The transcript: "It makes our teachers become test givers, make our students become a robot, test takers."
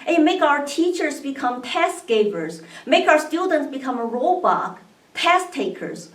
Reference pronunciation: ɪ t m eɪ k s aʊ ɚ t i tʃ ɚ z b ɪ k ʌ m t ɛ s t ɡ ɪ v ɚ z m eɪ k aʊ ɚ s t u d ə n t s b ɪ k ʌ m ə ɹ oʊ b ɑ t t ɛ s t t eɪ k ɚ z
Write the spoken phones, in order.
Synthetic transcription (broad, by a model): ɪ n m eɪ k aʊ ɚ t i tʃ ɚ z b ɪ k ʌ m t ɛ s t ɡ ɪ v ɚ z m eɪ k aʊ ɚ s t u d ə n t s b ɪ k ʌ m ə ɹ oʊ b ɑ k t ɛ s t t eɪ k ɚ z